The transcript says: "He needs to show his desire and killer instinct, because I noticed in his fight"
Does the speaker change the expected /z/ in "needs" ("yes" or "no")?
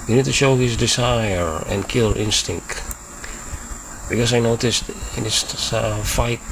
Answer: yes